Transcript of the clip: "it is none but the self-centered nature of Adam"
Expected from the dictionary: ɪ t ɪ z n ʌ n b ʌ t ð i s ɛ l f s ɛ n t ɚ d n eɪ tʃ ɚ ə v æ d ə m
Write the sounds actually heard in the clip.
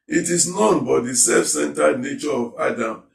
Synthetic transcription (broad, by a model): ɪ t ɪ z n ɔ n b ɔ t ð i s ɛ f s ɛ n t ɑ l n eɪ tʃ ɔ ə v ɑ d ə m